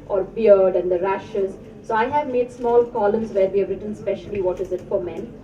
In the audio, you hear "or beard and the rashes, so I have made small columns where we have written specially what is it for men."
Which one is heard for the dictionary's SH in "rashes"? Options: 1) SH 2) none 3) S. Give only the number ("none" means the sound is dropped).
1